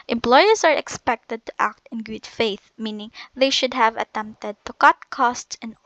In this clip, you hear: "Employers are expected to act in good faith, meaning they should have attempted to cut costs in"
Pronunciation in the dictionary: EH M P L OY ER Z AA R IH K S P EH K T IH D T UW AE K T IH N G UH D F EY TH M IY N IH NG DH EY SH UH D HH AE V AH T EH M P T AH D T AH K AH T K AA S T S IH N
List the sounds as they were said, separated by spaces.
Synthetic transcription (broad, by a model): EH M P L OY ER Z AA R IH K S P EH K T IH D T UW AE K T IH N G UH D F EY TH M IY N IH NG DH EY SH UH D HH AE V AH T EH M P T AH D T AH K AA T K AA S T S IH N